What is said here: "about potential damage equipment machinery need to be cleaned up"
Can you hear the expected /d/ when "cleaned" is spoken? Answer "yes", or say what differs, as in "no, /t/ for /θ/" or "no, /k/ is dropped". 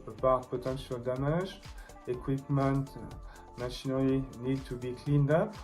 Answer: yes